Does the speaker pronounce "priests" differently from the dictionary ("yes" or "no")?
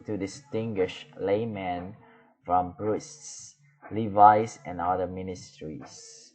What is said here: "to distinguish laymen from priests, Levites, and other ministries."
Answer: yes